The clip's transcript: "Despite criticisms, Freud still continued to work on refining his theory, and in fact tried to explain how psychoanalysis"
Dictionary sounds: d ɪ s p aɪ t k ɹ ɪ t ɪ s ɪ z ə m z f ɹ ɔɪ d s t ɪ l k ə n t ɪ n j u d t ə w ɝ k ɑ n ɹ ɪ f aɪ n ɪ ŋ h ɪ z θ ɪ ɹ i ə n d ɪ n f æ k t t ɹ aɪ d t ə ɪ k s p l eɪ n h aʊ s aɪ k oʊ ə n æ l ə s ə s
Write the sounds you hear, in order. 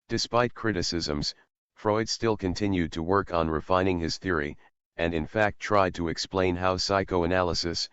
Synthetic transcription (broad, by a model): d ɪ s p aɪ t k ɹ ɪ t ɪ s ɪ z ə m z f ɹ ɔɪ d s t ɪ l k ə n t ɪ n j u d t ə w ɝ k n ɹ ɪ f aɪ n ɪ ŋ ɪ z θ ɪ ɹ i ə n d ɪ n f æ k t t ɹ aɪ d t ə ɪ k s p l eɪ n h aʊ s aɪ k oʊ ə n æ l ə s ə s